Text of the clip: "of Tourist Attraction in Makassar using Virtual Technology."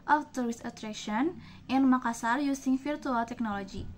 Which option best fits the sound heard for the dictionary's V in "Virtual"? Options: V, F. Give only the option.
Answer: F